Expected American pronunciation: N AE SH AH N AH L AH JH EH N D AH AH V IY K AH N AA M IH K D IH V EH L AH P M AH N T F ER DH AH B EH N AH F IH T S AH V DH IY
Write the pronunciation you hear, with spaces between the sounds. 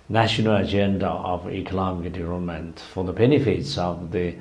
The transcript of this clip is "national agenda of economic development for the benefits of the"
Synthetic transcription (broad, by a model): N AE SH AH N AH L AH JH EH N D AH AH V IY K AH L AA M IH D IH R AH M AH N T F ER DH AH B EH N AH F IH T S AH V DH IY